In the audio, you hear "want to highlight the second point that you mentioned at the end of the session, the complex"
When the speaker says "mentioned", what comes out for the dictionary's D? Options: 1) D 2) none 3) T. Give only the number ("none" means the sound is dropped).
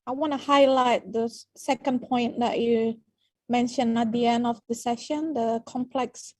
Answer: 2